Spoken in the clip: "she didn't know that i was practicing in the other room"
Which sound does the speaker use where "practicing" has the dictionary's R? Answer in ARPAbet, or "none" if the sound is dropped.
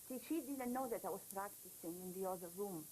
R